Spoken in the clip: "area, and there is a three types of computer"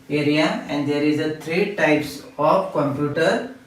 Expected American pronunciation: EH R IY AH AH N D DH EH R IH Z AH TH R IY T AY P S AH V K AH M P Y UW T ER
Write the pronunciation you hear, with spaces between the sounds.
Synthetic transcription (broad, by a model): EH R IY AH AH N D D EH R IH Z AH T R IY T AY P S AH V K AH M P Y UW T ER